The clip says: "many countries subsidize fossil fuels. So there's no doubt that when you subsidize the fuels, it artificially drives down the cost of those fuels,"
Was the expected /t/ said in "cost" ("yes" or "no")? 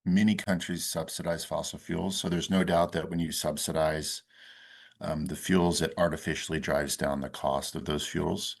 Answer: yes